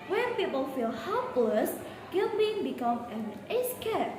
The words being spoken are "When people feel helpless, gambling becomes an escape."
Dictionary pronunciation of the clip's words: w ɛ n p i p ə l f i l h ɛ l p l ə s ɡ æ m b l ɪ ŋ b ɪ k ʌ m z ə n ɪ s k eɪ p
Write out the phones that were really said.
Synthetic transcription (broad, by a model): w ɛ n p i p ə l f i l h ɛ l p l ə s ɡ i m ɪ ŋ b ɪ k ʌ m ə n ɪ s k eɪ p